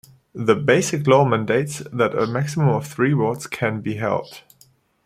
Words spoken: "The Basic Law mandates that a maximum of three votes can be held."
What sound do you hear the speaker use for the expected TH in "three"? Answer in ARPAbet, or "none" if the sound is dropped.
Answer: TH